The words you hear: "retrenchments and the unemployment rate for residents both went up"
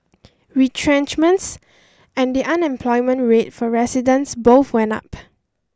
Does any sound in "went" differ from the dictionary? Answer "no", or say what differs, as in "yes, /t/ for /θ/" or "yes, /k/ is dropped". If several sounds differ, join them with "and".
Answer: yes, /t/ is dropped